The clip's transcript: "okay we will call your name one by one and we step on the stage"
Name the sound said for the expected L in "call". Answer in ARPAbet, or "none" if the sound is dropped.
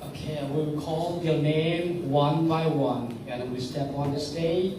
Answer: L